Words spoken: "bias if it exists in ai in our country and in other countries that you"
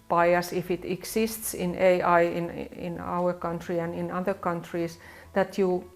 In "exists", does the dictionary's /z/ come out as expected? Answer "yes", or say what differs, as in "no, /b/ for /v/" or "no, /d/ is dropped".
no, /s/ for /z/